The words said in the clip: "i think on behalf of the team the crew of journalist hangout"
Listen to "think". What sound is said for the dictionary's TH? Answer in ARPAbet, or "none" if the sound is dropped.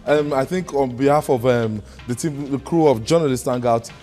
TH